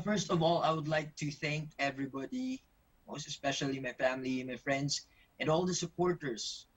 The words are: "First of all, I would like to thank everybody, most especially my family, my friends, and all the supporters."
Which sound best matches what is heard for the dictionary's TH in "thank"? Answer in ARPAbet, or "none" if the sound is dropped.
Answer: TH